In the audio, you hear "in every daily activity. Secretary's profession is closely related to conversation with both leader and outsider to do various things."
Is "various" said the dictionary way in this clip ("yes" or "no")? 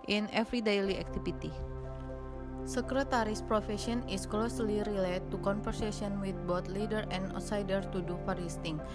no